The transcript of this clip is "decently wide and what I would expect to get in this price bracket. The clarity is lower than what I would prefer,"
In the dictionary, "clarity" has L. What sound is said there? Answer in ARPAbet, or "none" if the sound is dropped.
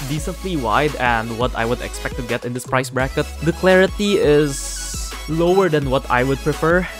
L